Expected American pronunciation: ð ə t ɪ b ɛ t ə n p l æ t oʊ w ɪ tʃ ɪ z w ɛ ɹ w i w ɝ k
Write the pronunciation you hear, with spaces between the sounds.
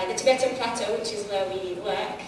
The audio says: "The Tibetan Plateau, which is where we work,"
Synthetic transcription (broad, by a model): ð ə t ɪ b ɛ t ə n p l æ t oʊ w ɪ tʃ ɪ z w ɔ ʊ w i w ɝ k